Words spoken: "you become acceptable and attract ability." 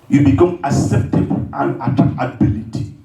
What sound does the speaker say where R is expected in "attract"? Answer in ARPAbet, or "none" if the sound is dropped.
none